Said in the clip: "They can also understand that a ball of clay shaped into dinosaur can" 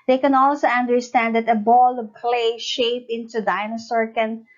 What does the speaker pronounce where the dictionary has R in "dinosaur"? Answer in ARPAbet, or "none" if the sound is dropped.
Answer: R